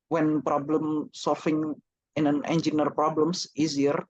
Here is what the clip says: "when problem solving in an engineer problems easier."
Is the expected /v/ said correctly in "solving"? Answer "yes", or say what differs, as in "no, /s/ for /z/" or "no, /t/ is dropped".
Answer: no, /f/ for /v/